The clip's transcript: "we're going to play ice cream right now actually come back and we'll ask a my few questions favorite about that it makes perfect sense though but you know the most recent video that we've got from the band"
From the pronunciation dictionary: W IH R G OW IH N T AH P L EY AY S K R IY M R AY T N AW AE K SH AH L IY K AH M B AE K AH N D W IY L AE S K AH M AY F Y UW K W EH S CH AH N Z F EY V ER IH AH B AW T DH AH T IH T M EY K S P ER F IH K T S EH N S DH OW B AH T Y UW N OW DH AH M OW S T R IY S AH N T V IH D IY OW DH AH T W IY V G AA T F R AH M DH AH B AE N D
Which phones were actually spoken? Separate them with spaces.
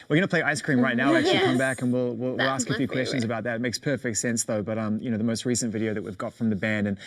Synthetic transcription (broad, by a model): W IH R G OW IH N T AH P L EY AY S K R IY M R AY T N AW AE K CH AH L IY K AH M B AE K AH N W W IY L AE S K AH F Y UW K W EH S CH AH N Z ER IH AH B AW T DH AH T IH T M EY K S P ER F IH K T S EH N S DH OW B AH T Y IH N OW DH AH M OW S T R IY S AH N T V IH D IY OW DH AH T W IY V G AA T F R AH M DH AH B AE N D